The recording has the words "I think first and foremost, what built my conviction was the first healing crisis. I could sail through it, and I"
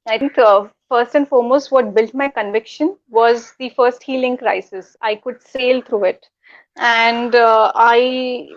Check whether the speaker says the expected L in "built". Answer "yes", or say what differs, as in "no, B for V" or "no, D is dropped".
yes